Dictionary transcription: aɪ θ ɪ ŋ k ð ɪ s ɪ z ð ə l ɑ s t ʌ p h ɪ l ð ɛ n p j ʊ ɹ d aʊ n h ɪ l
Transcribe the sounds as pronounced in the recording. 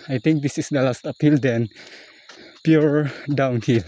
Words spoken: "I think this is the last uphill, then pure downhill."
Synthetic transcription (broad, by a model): aɪ t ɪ ŋ k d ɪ s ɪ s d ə l ɑ s t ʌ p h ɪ l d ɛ n p j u ɹ d aʊ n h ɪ l